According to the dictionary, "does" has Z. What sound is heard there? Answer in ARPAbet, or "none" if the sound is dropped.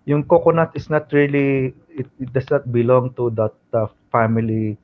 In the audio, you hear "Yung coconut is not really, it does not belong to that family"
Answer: S